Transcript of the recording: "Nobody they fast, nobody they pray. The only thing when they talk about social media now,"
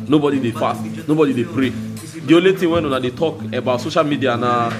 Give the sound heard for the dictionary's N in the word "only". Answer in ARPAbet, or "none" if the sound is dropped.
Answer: none